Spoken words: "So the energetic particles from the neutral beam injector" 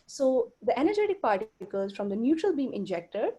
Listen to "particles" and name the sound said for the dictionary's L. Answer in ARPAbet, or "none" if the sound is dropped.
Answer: none